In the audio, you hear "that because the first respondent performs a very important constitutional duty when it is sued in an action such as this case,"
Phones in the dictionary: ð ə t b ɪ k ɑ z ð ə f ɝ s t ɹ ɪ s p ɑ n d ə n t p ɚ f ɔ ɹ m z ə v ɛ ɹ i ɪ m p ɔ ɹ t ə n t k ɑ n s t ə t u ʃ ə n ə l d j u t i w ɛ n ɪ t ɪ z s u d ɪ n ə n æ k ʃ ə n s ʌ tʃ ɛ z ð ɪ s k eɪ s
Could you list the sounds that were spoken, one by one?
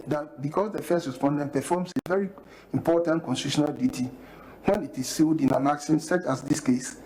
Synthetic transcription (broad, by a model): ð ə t b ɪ k ɑ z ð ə f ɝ s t ɹ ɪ s p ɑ n d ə n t p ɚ f ɔ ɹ m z ə v ɛ ɹ i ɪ m p ɔ t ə n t k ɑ n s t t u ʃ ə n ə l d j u t i w ɛ n ɪ t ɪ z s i d ɪ n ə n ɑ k s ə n s ʌ tʃ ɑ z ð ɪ s k eɪ s